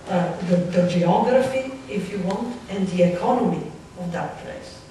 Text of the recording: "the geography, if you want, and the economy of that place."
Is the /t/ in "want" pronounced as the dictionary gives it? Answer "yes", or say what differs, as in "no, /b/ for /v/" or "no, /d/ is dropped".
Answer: yes